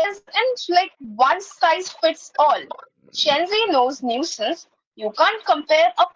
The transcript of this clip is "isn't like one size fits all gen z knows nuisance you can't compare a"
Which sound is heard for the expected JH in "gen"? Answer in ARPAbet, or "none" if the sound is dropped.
CH